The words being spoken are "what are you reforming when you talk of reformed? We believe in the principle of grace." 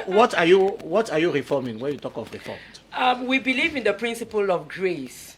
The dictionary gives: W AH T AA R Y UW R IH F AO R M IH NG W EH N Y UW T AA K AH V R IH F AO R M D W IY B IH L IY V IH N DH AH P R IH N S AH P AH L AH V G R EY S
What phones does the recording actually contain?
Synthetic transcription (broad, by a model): W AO T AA W Y UW R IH F AO M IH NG W EH N Y UW T AA K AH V R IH F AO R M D W IY B IH L IY V IH N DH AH P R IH N S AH P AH L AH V G R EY S